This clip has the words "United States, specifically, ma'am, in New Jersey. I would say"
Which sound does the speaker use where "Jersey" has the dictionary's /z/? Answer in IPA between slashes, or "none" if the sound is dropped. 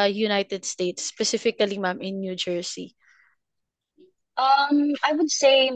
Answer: /s/